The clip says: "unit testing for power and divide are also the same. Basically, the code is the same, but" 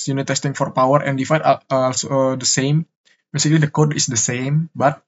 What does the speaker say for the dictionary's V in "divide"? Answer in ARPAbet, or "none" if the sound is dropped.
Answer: F